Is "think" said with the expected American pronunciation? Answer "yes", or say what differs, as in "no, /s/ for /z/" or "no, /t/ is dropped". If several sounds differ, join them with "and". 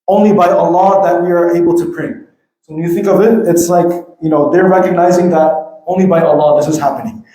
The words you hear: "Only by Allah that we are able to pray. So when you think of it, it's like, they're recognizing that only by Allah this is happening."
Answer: yes